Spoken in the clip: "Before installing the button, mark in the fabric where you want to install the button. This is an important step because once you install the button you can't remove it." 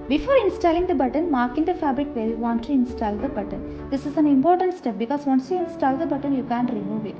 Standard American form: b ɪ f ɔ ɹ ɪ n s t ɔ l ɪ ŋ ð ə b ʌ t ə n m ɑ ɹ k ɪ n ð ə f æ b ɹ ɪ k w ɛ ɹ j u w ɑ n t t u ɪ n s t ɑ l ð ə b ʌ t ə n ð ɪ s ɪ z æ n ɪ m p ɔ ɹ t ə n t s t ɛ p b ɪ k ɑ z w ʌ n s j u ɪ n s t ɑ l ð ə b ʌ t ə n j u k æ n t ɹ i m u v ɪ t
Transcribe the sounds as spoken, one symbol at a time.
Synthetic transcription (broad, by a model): b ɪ f ɔ ɹ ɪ n s t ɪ l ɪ ŋ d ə b ʌ t ə n m ɑ ɹ k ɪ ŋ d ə f æ b ɹ ɪ k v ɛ l j u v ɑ n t t u ɪ n s t ɑ l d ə b ʌ t ə n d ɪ s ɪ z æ n ɪ m p ɔ ɹ t ə n t s t ɛ p b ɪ k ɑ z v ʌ n s j u ɪ n s t ɑ l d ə b ʌ t ə n j u k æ n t ɹ i m u v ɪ t